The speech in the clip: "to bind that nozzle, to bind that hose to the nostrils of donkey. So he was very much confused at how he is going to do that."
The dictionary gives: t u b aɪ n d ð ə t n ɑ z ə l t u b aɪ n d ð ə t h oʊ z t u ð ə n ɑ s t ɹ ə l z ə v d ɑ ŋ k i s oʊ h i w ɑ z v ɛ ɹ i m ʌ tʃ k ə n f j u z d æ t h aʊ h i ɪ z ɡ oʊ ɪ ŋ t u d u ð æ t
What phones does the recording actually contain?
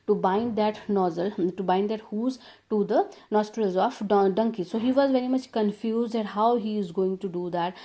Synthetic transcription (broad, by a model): t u b aɪ n d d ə t n ɑ z ə l t u b aɪ n d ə t h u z t u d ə n ɑ s t ɹ ə l z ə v d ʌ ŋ k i s oʊ h i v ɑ z v ɛ ɹ i m ʌ tʃ k ə n f j u z d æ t h aʊ h i ɪ z ɡ oʊ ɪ ŋ t u d u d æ t